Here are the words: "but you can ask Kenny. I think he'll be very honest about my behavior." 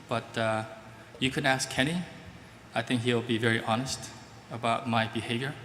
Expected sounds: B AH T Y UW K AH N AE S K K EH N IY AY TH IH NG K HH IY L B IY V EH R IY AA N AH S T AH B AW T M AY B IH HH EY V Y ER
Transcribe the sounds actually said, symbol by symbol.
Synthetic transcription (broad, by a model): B AH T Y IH K AH N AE S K K EH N IY AY TH IH NG K HH IY L B IY V EH R IY AA N AH S T AH B AW T M AY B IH HH EY V Y ER